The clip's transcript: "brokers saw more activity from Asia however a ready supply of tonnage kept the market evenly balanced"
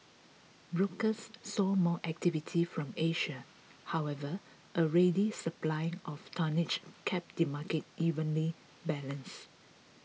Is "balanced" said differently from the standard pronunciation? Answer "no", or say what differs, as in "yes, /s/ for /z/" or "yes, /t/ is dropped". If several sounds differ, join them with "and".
yes, /t/ is dropped